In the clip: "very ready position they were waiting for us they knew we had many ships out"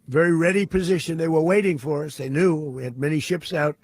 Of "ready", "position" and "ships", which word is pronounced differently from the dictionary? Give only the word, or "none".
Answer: none